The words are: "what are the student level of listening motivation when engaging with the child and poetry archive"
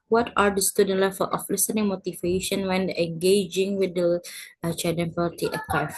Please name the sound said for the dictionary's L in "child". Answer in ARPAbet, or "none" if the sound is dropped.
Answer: none